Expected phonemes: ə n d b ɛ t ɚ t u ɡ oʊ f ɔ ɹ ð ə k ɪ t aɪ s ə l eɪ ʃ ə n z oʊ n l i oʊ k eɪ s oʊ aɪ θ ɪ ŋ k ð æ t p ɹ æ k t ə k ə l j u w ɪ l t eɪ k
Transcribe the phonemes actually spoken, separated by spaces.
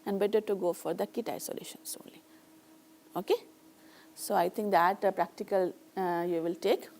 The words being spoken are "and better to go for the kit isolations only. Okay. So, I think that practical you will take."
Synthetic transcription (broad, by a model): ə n d b ɛ t ɚ t u ɡ oʊ f ɔ ɹ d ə k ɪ t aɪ s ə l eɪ ʃ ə n s oʊ n l i oʊ k eɪ s oʊ aɪ t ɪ ŋ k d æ t p ɹ æ k t ə k ə l j u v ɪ l t eɪ k